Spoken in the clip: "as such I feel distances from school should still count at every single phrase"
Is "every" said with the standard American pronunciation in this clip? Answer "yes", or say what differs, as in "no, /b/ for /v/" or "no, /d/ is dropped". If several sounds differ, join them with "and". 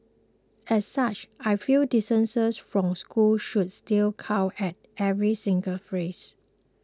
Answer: yes